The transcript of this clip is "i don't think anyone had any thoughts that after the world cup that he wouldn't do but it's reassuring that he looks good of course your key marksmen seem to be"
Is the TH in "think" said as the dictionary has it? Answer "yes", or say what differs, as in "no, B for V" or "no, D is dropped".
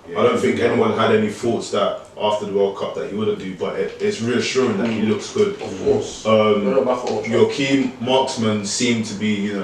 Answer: yes